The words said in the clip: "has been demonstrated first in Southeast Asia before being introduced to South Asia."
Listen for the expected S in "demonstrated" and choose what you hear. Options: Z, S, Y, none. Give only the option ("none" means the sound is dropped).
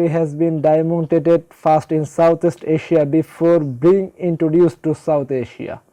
none